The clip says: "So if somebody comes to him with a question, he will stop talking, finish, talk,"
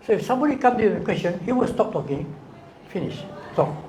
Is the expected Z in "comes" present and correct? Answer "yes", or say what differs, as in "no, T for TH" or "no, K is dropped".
no, Z is dropped